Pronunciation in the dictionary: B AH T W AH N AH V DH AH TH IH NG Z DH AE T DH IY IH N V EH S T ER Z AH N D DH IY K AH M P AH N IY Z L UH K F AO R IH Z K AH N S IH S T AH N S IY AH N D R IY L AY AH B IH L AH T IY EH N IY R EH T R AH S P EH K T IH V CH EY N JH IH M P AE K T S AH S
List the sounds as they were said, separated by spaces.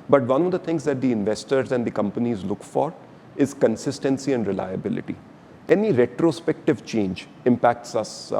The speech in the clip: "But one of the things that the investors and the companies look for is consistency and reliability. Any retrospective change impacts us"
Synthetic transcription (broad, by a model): B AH T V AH N AH V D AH T IH NG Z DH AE T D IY IH N V EH S T ER Z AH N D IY K AH M P AH N IY Z L UH K F AO R IH Z K AH N S IH S T AH N S IY AH N D R IY L AY AH B IH L AH T IY EH N IY R EH T R AH S P EH K T IH V CH EY N JH IH M P AE K T S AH S